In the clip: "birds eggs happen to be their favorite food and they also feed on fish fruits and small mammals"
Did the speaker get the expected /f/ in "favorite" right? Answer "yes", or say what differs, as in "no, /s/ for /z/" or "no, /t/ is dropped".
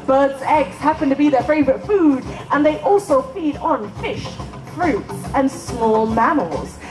yes